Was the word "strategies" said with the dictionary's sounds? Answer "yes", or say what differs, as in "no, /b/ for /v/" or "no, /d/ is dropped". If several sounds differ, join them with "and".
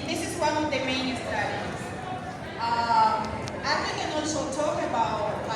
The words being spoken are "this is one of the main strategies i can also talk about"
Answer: no, /ɹ/ is dropped and /z/ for /dʒ/